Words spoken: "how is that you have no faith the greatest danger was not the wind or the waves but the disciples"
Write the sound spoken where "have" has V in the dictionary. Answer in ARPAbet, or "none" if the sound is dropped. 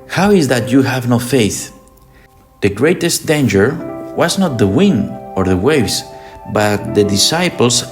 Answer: V